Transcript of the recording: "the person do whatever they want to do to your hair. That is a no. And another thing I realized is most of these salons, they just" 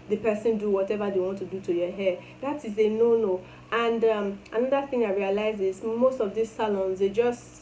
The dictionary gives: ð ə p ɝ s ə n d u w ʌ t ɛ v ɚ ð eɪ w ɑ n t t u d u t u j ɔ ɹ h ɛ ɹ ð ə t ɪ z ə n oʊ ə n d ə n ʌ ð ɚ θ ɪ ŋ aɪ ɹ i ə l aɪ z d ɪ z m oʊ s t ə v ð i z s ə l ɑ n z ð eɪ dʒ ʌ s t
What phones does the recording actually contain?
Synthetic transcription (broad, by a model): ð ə p ɝ s ə n d u w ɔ t ɛ v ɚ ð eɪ w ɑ n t t u d u t u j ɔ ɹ h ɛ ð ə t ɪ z ə n oʊ ə n d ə n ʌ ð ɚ θ ɪ ŋ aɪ ɹ i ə l aɪ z ɪ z m oʊ s t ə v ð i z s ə l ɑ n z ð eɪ dʒ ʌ s t